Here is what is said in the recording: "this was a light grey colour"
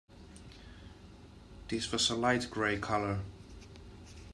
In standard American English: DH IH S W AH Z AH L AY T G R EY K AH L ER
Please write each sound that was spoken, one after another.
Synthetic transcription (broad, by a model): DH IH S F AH S AH L AY T G R EY K AH L ER